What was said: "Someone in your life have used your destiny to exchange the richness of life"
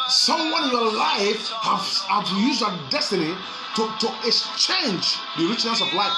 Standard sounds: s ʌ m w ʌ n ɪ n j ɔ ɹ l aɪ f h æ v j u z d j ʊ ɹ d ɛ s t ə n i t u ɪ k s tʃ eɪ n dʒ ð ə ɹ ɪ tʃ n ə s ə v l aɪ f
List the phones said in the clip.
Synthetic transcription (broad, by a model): s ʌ m w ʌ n ɪ n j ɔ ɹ l aɪ f h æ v j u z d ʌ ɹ d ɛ s t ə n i t u ɪ k s tʃ eɪ n dʒ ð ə ɹ ɪ tʃ n ə s ə v l aɪ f